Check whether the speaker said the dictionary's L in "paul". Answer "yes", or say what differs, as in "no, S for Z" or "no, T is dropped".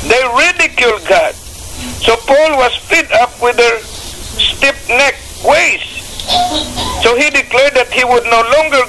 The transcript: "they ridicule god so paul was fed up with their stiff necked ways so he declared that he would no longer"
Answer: yes